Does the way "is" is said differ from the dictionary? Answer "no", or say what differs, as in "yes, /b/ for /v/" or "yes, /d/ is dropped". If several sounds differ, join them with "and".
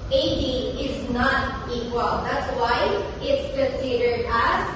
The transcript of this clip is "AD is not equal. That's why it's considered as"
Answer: no